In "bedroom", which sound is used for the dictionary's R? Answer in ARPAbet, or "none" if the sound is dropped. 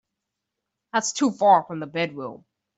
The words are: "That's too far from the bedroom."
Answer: W